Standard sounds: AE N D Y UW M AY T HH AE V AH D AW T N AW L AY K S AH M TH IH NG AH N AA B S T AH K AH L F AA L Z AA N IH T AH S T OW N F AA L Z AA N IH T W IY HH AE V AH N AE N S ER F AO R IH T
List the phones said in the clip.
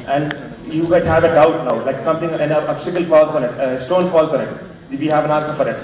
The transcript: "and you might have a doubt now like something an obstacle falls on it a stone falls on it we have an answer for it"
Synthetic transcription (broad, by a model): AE N D Y UW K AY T HH AE V AH D AW T N AW L AY K S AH M T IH NG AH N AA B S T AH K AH L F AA L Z AA N IH T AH S T OW N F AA L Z AA N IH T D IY HH AE V AH N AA S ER F AO R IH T